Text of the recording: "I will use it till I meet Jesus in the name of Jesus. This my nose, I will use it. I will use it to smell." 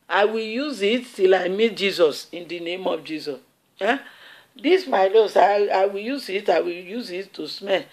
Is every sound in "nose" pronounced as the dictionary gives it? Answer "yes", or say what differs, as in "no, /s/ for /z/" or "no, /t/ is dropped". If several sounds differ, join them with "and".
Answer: no, /l/ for /n/ and /s/ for /z/